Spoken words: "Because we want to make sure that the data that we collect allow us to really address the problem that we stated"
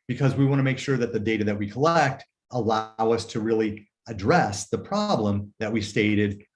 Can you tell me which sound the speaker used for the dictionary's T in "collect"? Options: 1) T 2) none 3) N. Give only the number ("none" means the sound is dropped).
1